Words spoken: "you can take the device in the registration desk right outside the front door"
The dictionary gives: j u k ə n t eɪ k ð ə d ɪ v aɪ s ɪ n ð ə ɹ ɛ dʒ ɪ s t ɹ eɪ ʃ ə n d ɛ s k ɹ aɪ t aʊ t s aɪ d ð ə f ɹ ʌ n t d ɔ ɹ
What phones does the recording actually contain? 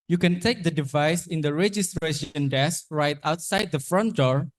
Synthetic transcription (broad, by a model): j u k ə n t eɪ k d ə d ɪ v aɪ s ɪ n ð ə ɹ ɛ dʒ ɪ s t ɹ eɪ ʃ ə n d ɛ s k ɹ aɪ t aʊ t s aɪ d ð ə f ɹ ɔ n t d ɔ ɹ